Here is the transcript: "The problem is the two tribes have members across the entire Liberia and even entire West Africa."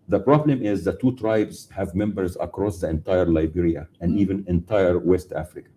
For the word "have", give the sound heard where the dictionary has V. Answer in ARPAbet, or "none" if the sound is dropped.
V